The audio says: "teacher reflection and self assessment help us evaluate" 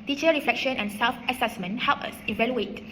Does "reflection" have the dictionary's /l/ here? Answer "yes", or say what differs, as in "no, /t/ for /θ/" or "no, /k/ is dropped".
yes